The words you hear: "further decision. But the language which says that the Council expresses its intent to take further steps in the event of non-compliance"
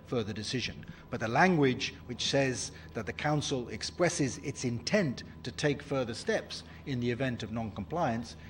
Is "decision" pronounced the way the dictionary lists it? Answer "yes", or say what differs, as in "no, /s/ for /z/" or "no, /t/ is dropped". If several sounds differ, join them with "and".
yes